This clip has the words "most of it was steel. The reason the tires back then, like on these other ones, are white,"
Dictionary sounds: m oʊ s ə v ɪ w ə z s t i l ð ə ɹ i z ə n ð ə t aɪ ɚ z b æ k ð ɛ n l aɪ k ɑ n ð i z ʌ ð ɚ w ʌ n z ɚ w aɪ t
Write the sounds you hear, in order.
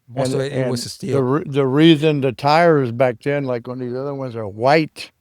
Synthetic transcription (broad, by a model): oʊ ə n ɪ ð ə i ð ə ɹ i z ə n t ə t aɪ ɚ z b æ k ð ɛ n l aɪ k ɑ n ð i z ʌ ð ɚ w ʌ n z ɚ w aɪ t